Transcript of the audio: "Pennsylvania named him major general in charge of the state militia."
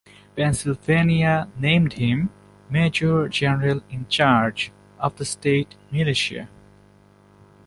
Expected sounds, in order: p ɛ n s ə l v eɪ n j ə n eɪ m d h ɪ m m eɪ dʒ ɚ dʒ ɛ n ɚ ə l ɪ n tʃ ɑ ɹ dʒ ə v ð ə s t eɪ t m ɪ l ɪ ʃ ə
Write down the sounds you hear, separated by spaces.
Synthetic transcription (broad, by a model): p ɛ n s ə l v eɪ n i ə n eɪ m d h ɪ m m eɪ dʒ ɚ dʒ ɛ n ɚ ə l ɪ n tʃ ɑ ɹ dʒ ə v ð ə s t eɪ t m ɪ l ɪ ʃ ə